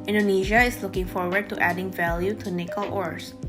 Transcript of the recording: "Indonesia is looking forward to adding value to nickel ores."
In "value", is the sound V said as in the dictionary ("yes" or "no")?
yes